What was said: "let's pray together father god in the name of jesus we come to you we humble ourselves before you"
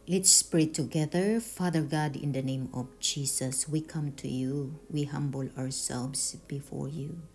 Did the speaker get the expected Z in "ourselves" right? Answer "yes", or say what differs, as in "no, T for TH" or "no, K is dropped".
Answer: no, S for Z